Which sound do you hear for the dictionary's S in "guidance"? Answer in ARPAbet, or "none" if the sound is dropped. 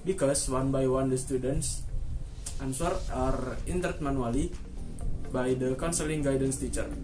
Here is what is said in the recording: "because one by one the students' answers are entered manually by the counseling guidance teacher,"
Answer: S